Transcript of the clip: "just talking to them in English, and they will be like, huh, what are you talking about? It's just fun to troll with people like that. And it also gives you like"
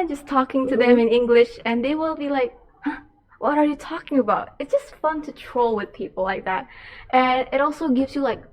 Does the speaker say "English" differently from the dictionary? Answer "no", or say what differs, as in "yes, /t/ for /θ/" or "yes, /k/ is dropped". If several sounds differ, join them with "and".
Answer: no